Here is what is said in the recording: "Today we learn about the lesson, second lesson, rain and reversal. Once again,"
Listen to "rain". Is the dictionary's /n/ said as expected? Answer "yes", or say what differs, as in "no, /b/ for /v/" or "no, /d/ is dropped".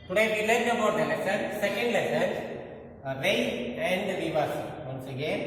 no, /n/ is dropped